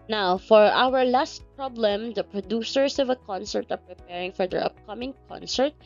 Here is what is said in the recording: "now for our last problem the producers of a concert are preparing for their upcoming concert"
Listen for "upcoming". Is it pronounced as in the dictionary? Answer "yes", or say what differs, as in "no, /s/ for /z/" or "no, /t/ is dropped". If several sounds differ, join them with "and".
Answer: yes